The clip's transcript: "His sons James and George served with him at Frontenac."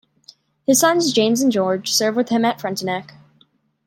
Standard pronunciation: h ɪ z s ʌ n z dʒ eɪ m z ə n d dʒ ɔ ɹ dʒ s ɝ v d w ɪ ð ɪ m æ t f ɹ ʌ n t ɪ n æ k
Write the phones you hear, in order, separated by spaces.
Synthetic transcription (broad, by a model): h ɪ z s ʌ n z dʒ eɪ m z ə n dʒ ɔ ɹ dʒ s ɝ v w ɪ ð ɪ m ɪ t f ɹ ʌ n t ɪ n æ k